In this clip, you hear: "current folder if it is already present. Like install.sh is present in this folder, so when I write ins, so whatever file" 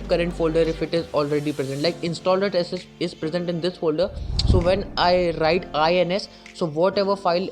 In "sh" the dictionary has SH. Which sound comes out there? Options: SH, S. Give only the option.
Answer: S